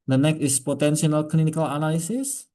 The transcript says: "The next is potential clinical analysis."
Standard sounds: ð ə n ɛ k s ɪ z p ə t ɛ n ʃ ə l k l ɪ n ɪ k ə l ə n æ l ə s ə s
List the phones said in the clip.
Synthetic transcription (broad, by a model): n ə n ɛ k ɪ s p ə t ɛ n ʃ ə l k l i n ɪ k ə l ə n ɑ l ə s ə s